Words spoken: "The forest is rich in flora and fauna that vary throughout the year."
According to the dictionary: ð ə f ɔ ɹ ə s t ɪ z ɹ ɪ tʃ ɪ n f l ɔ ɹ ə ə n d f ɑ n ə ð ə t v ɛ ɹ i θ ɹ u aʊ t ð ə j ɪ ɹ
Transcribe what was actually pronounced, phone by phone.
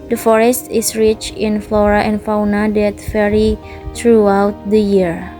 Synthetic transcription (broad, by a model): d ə f ɔ ɹ ə s t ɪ s ɹ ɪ tʃ ɪ n f l ɔ ɹ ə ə n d f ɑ n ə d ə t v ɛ ɹ i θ ɹ u aʊ t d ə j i ɹ